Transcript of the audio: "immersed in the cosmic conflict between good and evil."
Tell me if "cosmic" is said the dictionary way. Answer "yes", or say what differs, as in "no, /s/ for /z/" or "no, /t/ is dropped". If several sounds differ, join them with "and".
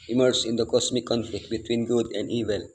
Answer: no, /s/ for /z/